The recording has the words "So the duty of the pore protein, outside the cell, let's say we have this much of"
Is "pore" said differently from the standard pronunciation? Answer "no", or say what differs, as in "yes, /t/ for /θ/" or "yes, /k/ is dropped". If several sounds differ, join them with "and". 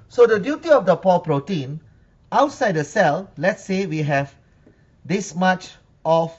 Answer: yes, /l/ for /ɹ/